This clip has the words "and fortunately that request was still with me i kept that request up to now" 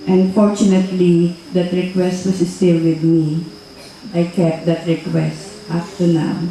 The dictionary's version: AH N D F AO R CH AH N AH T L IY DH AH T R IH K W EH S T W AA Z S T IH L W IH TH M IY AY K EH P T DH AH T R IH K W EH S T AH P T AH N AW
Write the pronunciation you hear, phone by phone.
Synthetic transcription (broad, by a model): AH N F AO R CH AH N AH T L IY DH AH T R IH K W EH S T W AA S S T IH L W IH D M IY AY K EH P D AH T R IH K W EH S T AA F T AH N AW